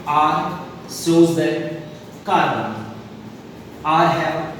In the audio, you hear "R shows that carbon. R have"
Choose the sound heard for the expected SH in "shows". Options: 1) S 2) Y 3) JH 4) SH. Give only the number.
1